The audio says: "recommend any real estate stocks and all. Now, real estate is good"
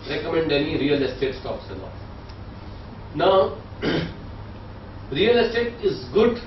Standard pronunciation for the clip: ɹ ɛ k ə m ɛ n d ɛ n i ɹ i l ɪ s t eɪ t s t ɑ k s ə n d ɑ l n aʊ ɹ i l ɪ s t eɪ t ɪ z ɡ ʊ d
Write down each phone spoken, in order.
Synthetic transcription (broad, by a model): ɹ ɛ k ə m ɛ n d ɛ n i ɹ i l ɪ s t eɪ t s t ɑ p s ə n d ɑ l n aʊ ɹ i l ɪ s t eɪ t ɪ z ɡ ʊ d